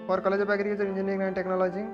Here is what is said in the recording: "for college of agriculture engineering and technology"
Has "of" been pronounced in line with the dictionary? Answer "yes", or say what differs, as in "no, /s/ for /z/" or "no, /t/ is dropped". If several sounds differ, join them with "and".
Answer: no, /p/ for /v/